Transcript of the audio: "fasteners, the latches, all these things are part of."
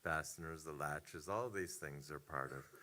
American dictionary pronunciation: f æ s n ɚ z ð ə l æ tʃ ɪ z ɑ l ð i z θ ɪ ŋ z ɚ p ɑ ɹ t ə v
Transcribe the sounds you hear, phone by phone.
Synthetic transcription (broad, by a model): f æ s n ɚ z ð ə l æ tʃ ɪ z ɑ l ð i z θ ɪ ŋ z ɚ p ɑ ɹ t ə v